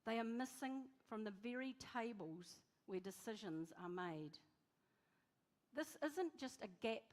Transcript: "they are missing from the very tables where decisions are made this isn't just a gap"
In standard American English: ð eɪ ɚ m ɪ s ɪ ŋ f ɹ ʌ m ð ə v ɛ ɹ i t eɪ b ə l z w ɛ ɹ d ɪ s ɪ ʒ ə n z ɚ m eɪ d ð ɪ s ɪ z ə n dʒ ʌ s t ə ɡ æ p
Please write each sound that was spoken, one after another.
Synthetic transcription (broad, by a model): ð eɪ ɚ m ɪ s ɪ ŋ f ɹ ʌ m ð ə v ɛ ɹ i t eɪ b ə l z w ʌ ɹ d ɪ s ɪ ʒ ə n z ɚ m eɪ d ð ɪ s ɪ z ə n dʒ ʌ s t ə ɡ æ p